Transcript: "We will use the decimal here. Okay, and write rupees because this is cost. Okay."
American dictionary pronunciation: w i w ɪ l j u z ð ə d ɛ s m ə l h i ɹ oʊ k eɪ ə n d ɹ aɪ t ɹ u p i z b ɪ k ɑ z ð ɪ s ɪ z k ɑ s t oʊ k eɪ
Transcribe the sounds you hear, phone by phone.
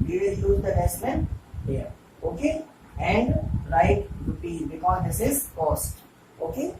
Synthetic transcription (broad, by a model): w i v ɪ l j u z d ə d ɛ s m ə n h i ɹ oʊ k eɪ ə n d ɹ aɪ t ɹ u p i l b ɪ k ɑ z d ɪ s ɪ z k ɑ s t oʊ k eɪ